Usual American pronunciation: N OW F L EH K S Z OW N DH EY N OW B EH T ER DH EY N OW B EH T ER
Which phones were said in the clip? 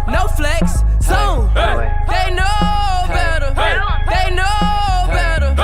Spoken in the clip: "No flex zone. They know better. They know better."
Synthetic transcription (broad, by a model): N OW F L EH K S S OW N DH EY N OW B EH T ER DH EY N OW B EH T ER